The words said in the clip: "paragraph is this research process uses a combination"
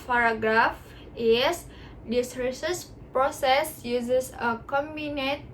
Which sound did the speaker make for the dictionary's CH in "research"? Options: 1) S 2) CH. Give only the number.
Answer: 1